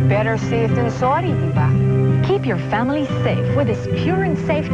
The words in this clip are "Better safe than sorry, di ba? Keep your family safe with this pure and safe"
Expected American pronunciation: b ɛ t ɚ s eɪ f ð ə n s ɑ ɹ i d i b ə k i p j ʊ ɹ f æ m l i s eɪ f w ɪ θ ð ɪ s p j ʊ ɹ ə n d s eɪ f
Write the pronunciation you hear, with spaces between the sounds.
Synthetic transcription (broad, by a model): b ɛ t ɚ s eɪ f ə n s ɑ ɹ d i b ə k i p j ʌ ɹ f æ m l i s eɪ f w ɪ ð ɪ s p j ʊ ɹ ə n s eɪ f